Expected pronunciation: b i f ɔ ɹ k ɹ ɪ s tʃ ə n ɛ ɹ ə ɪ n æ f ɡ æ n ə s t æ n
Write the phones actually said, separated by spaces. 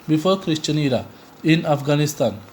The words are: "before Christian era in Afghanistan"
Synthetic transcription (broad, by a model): b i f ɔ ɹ k ɹ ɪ ʃ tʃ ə n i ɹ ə ɪ n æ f ɡ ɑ n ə s t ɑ n